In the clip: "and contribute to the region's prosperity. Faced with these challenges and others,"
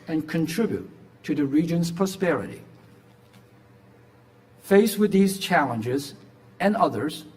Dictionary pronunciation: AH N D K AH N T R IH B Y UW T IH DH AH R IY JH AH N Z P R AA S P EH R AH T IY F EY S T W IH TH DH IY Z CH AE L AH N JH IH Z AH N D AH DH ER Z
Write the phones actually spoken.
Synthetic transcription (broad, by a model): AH N K AH N T R IH B Y UW T IH DH AH R IY JH AH N Z P R AA S P EH R AH T IY F EY S W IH DH IY Z CH AE L AH N JH IH Z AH N AH DH ER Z